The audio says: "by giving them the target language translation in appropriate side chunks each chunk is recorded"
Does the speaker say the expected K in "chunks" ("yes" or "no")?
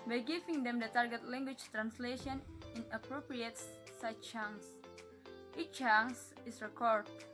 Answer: no